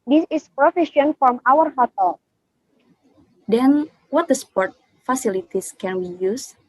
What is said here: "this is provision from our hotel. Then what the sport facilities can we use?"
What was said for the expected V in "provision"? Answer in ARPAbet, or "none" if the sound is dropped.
F